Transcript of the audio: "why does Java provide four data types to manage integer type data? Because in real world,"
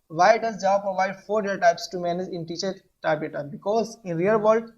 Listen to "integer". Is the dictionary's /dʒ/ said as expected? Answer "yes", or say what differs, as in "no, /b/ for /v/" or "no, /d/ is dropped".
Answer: no, /tʃ/ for /dʒ/